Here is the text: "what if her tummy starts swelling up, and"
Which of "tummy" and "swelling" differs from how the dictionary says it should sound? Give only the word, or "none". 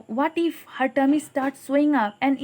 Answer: swelling